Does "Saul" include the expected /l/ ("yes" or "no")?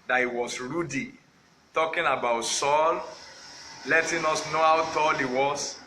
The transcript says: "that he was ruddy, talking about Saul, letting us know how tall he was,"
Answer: yes